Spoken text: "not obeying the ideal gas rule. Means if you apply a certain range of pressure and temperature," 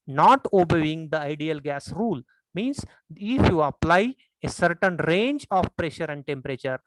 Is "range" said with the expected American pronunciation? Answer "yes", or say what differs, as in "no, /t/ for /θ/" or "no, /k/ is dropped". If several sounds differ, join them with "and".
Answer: yes